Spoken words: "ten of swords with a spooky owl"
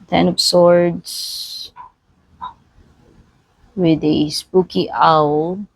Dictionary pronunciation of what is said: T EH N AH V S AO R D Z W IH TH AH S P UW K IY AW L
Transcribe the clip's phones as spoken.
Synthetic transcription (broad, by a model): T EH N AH P S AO R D S W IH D AH S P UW K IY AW L